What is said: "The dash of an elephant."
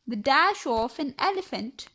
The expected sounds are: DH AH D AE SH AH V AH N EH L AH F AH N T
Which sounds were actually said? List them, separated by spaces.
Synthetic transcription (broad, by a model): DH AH D AE SH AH F AH N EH L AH F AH N T